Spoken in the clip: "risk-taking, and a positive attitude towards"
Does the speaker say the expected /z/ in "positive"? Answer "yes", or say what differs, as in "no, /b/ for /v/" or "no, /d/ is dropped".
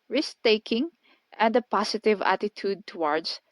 no, /s/ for /z/